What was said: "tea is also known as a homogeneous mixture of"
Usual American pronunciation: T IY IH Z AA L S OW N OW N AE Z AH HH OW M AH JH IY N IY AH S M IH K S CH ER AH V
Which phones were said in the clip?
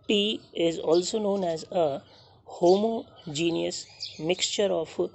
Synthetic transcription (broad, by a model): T IY IH Z AA L S OW N OW N AE Z AH HH OW M AH JH IY N IY AH S M IH K S CH ER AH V